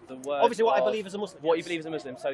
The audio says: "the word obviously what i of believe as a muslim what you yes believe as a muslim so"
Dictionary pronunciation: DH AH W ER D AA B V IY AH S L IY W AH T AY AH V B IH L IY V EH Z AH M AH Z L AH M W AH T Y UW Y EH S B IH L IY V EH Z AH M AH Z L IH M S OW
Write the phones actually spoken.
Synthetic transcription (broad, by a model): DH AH W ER AA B V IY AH S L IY W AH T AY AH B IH L IY V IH Z AH M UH Z L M W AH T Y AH B IH L IY V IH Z AH M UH Z L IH M S OW